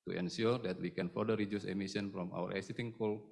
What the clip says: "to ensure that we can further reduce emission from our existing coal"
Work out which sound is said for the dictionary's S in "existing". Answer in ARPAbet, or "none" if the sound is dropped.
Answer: none